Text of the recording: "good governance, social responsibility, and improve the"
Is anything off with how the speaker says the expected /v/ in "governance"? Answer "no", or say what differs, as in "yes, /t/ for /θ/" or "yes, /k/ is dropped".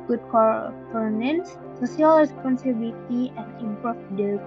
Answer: yes, /f/ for /v/